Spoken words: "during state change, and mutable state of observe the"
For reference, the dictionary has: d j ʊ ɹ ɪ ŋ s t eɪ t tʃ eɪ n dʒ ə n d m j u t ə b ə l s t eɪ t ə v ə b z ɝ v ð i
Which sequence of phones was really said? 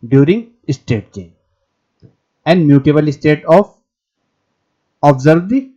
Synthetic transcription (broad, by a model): d j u ɹ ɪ ŋ s t eɪ t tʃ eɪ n ə n d m j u t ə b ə l s t eɪ t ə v ə b z ɝ v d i